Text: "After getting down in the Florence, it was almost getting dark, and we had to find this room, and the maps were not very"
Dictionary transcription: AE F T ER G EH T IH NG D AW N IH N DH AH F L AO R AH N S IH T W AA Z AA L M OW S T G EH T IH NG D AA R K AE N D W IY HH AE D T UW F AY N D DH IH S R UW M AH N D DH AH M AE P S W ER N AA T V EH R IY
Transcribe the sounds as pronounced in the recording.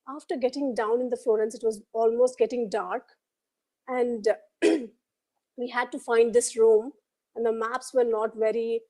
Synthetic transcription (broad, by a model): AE F T ER G EH T IH NG D AW N IH N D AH F L AO R AH N S IH T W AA Z AA L M OW S T G EH T IH NG D AA R K AE N D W IY HH AE D T UW F AY N D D IH S R UW M AH N D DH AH M AE P S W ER N AA T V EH R IY